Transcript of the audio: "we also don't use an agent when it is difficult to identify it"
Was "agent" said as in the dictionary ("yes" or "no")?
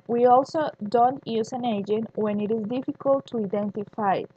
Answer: yes